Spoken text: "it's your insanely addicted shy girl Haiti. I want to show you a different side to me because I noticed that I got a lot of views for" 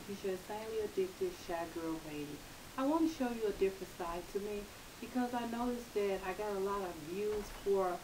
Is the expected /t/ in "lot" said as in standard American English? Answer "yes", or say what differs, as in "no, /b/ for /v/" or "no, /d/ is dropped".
yes